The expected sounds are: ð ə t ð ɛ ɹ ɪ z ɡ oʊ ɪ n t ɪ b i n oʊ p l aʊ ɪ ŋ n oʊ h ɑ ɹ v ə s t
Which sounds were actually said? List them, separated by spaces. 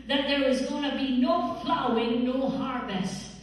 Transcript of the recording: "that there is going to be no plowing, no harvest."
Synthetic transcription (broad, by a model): ð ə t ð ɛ ɹ ɪ z ɡ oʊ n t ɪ b i n oʊ f l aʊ ɪ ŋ n oʊ h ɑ ɹ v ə s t